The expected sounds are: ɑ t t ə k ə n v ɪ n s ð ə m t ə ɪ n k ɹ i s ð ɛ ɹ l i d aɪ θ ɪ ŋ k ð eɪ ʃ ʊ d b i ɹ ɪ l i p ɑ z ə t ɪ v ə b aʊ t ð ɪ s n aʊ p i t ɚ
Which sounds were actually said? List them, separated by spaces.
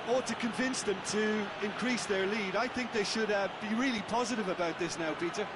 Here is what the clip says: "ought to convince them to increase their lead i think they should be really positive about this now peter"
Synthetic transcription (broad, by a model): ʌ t t ə k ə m v ɪ n s ð ə m t ə ɪ n k ɹ i s ð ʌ ɹ l i d aɪ θ ɪ ŋ k ð eɪ ʃ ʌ d b i ɹ ɪ l i p ɑ z ə t ɪ v ə b aʊ t ð ɪ s n aʊ p i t ɚ